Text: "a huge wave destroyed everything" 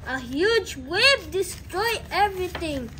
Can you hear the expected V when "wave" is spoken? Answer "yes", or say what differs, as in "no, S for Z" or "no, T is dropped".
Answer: no, B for V